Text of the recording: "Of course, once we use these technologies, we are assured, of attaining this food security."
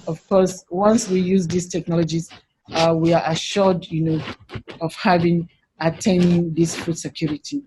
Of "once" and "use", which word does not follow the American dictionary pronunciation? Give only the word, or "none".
none